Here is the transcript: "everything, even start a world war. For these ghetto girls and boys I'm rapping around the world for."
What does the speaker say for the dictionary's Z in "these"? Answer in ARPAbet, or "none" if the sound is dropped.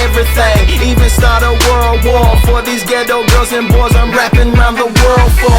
Z